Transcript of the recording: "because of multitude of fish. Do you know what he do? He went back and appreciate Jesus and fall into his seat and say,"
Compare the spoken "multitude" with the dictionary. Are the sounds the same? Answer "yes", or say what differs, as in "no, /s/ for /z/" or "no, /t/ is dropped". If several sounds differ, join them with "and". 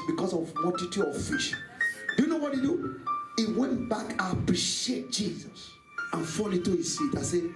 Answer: no, /d/ is dropped